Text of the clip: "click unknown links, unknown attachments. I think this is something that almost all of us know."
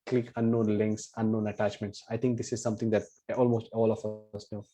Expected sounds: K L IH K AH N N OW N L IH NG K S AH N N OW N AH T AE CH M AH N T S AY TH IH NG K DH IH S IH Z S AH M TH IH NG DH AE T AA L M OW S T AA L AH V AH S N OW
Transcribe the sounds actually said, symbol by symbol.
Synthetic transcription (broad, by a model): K L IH K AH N N OW N L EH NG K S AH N N OW N AH T AE CH M AH N T S AY T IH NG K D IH S IH Z S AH M T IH NG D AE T AA L M OW S T AA L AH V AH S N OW